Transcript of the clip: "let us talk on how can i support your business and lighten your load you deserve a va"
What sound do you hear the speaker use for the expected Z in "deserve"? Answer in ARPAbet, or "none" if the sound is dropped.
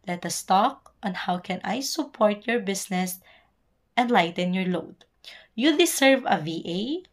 S